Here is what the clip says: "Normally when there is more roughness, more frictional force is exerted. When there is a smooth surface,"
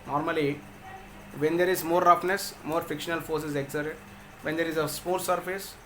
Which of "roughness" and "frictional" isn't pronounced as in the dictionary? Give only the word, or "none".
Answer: frictional